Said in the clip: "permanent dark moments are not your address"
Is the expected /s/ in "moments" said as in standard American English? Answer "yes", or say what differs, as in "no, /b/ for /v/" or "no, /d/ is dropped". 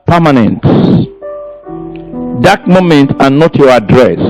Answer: no, /s/ is dropped